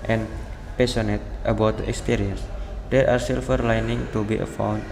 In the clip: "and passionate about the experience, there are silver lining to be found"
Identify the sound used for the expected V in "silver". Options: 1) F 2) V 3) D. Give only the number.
1